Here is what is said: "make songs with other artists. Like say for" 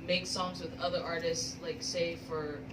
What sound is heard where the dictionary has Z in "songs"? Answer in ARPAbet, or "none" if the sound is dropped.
Z